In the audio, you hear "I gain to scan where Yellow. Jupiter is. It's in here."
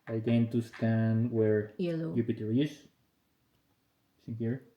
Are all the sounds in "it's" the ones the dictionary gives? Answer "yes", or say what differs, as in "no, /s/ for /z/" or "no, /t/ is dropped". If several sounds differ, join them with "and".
no, /s/ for /t/